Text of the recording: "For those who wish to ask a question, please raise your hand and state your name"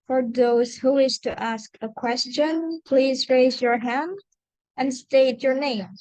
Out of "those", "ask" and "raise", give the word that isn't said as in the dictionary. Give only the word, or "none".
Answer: none